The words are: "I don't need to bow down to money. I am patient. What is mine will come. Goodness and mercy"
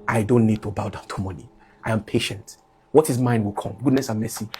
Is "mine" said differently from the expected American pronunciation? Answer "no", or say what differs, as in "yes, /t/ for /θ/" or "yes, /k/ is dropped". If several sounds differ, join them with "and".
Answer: no